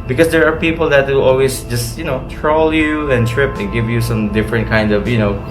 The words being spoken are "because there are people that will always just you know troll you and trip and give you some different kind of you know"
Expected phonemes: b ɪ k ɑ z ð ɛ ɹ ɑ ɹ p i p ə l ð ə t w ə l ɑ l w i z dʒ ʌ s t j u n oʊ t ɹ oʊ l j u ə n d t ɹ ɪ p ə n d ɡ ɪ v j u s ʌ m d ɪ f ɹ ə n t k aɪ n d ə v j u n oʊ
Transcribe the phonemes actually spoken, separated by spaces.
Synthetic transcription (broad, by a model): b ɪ k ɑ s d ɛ ɹ ɑ ɹ p i p ə l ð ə t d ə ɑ l w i s dʒ ʌ s t j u n oʊ t ɹ oʊ l j u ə n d t ɹ ɪ p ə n ɡ ɪ v j u s ʌ m d ɪ f ɹ ə n t k aɪ n d ə v j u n oʊ